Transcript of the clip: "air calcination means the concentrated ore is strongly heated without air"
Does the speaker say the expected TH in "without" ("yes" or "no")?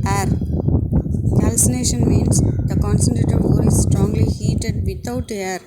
no